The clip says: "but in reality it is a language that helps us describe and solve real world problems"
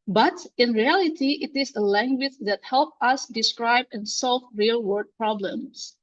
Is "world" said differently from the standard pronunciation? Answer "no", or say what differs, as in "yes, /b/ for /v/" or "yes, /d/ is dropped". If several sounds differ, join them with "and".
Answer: yes, /l/ is dropped